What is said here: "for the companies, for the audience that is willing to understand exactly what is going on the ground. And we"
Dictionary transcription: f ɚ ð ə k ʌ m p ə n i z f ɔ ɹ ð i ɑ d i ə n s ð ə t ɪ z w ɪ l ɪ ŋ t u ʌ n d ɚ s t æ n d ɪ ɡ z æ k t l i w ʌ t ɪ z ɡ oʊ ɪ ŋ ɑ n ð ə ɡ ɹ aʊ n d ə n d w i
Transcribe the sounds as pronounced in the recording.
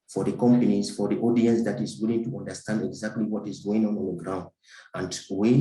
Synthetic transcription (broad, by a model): f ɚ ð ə k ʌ m p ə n i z f ɔ ɹ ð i ɑ d i ə n s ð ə t ɪ z w ɪ l ɪ ŋ t u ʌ n d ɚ s t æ n d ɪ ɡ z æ k t l i w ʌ t ɪ z ɡ oʊ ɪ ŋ ɑ n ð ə ɡ ɹ aʊ n d ə n d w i